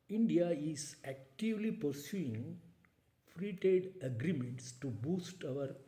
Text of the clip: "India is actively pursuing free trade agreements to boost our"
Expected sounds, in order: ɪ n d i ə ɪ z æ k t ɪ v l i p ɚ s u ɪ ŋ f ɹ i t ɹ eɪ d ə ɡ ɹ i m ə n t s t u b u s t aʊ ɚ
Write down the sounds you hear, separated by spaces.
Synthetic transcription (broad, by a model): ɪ n d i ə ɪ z æ k t ɪ v l i p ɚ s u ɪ ŋ f ɹ i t eɪ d ə ɡ ɹ i m ə n t s t u b u s t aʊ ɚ